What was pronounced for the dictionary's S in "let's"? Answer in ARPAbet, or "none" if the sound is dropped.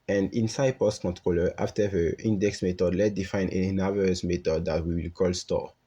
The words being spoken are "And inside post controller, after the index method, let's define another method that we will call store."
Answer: none